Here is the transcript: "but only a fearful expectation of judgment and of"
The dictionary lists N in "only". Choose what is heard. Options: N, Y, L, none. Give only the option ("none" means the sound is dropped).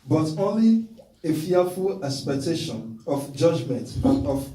N